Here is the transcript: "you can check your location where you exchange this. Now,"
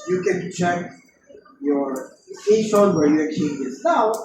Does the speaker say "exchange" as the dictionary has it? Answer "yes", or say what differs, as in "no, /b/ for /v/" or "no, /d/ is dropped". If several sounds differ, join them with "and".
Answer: no, /s/ is dropped